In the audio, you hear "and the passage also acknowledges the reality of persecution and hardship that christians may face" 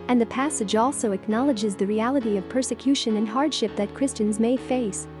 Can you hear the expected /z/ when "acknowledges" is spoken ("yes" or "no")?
yes